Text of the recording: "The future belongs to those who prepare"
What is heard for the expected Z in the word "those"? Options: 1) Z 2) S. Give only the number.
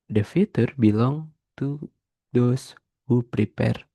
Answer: 2